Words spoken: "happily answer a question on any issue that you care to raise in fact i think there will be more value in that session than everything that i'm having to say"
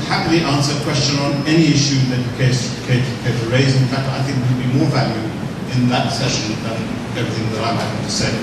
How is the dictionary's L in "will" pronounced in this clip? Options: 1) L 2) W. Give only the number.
2